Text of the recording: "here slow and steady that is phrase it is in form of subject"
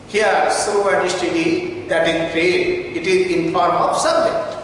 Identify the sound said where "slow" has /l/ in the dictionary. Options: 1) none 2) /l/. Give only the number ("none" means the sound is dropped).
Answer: 1